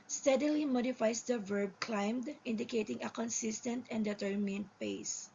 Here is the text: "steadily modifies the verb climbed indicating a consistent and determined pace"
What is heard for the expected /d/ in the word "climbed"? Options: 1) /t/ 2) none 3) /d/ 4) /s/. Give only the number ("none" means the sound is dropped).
3